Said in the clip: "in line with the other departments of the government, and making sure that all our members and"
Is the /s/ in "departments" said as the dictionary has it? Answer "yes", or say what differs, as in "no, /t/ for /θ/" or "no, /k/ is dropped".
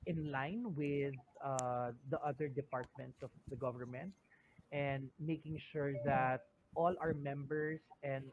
yes